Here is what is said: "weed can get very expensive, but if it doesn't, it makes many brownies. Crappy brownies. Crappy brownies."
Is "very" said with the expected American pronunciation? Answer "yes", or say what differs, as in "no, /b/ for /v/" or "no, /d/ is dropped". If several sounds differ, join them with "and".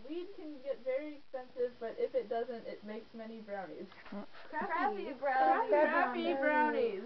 yes